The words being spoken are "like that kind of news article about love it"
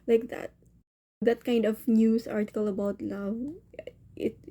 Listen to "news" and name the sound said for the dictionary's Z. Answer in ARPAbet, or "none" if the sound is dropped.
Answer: S